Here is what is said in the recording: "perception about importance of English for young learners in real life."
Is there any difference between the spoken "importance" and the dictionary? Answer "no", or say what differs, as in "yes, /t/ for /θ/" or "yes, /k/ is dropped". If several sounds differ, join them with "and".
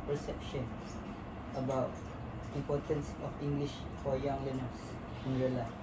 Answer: no